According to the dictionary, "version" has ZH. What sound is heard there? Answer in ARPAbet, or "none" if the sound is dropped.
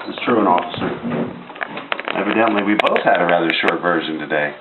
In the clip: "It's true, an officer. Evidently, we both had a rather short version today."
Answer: ZH